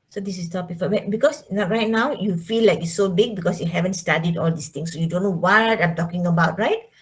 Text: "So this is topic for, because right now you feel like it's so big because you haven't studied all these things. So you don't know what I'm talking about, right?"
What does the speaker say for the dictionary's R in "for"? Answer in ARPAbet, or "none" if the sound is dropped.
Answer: W